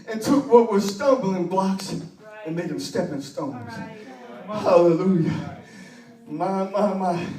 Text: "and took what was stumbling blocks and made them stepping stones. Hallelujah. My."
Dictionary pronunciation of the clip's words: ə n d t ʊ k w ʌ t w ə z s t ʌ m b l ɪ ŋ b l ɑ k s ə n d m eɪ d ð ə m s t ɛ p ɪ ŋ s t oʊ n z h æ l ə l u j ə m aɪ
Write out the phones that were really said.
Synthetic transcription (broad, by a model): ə n t ʊ k w ʌ t w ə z s t ʌ m b l ɪ ŋ b l ɑ k s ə n m eɪ d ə m s t ɛ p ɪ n s t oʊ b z h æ l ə l u j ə m aɪ